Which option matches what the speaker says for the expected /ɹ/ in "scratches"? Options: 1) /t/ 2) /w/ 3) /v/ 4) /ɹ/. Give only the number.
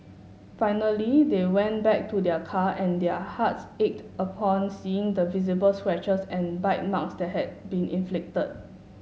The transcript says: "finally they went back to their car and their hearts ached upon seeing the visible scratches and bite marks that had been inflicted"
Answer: 2